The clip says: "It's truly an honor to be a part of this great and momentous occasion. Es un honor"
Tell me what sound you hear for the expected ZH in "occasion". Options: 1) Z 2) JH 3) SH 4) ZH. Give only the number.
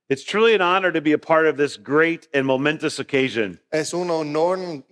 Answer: 4